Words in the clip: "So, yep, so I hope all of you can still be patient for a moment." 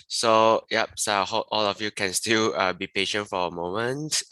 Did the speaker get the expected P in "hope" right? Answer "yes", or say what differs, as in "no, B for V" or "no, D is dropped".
no, P is dropped